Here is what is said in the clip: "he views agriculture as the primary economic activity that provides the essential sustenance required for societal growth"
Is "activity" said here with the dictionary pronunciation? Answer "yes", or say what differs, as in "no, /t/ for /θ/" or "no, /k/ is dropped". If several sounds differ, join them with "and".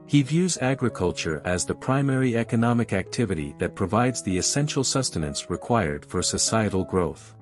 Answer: yes